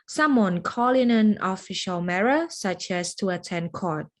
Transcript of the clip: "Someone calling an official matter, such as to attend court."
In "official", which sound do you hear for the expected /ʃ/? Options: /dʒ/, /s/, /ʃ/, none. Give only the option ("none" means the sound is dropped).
/ʃ/